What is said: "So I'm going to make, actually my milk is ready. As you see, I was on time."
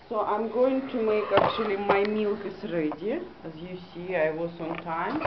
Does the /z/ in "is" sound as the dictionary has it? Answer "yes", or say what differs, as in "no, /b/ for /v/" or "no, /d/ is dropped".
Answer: no, /s/ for /z/